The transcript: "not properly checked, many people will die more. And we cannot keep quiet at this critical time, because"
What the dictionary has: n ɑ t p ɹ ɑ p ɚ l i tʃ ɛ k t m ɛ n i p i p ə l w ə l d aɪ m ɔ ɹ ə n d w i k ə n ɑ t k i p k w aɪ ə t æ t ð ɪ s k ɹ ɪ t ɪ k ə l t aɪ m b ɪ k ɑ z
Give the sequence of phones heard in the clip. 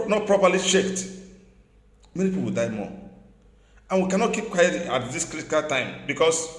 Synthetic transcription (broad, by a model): n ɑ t p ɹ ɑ p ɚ l i ʃ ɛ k t m ɛ n i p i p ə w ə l d aɪ m ɔ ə n w i k ə n ɑ t k i p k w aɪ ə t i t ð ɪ s k ɹ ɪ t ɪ k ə l t aɪ m b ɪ k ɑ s